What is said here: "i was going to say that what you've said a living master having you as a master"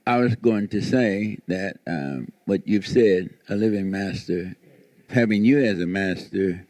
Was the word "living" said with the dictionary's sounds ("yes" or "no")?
yes